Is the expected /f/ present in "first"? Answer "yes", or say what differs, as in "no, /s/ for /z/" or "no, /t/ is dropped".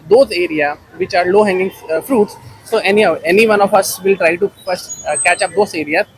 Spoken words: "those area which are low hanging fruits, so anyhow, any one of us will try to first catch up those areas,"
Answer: no, /p/ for /f/